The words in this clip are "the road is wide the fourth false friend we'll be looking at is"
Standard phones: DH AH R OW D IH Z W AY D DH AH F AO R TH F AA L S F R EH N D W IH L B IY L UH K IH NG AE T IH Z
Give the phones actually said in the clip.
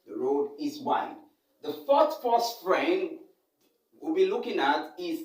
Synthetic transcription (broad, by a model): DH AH R OW D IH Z W AY D DH AH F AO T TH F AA S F R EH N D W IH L B IY L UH K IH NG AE T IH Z